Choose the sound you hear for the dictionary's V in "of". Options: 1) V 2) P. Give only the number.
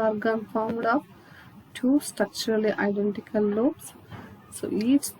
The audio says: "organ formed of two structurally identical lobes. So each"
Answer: 2